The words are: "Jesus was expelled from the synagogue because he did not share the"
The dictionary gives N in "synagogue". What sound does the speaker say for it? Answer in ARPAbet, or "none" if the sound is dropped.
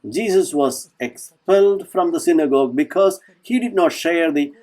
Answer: N